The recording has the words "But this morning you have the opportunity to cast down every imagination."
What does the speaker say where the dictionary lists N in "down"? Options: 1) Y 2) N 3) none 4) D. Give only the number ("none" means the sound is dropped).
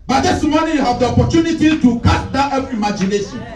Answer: 3